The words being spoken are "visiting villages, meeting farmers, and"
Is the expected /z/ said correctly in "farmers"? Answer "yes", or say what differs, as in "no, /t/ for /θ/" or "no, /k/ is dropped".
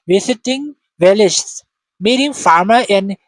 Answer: no, /z/ is dropped